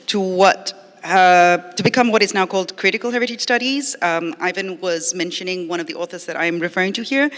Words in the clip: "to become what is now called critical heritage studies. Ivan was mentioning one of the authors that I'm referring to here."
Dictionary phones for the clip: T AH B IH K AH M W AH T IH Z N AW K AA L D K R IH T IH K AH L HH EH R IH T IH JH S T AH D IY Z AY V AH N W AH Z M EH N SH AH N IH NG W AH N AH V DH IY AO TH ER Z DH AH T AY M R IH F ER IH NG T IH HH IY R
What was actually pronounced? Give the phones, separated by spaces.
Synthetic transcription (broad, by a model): T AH B IH K AH M W AH T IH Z N AW K AA L D K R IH T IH K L HH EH R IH T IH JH S T AH D IY Z AY V AH N W AH Z M EH N SH AH N IH NG W AH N AH V DH IY AO TH ER Z DH AH T AY M R IH F ER IH NG T IH HH IY R